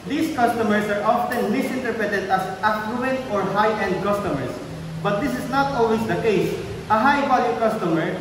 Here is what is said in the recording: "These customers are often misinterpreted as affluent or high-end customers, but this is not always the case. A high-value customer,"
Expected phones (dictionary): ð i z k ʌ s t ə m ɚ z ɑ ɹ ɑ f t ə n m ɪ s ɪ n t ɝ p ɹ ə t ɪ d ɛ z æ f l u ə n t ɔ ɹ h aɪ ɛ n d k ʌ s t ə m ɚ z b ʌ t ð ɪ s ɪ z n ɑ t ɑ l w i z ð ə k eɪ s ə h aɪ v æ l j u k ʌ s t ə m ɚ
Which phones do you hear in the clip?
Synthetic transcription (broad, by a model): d i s k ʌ s t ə m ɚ s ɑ ɹ ɑ f t ə n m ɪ s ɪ n t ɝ p ɹ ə t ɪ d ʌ s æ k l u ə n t ɔ ɹ h aɪ ɛ n d k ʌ s t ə m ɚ s b ʌ t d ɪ s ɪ s n ɑ t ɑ l w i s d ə k eɪ s ə h aɪ b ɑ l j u k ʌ s t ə m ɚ